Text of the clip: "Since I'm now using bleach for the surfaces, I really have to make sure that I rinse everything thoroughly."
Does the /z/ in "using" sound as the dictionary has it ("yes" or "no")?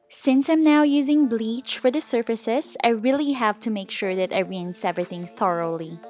yes